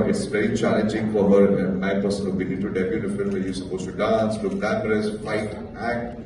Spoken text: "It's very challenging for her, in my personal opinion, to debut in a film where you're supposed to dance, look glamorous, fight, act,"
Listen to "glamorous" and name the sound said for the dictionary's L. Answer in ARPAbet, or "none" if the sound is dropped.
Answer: N